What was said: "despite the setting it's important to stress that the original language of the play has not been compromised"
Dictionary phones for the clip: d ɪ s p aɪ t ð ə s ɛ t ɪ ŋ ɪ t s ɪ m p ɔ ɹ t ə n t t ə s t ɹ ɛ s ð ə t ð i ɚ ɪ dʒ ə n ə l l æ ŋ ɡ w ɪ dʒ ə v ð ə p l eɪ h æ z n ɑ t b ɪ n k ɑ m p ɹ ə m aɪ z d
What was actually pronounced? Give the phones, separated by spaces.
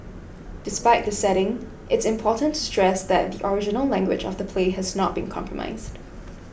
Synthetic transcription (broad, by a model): d ɪ s p aɪ t ð ə s ɛ t ɪ ŋ ɪ t s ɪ m p ɔ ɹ t n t t ə s t ɹ ɛ s ð ə t ð i ɚ ɪ dʒ ə n ə l l æ ŋ ɡ w ɪ dʒ ə v ð ə p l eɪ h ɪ z n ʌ t b ɪ n k ɑ m p ɹ ə m aɪ z d